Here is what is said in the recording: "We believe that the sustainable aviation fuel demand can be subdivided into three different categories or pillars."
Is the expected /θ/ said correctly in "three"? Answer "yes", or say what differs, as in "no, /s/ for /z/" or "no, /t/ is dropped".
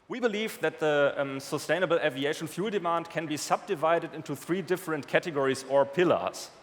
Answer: yes